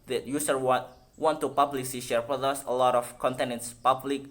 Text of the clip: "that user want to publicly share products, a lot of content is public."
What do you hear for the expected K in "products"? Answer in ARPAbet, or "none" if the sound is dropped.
none